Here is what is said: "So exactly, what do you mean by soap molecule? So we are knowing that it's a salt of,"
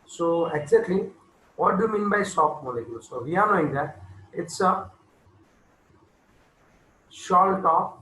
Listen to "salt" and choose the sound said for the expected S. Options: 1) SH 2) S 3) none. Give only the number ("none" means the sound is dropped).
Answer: 1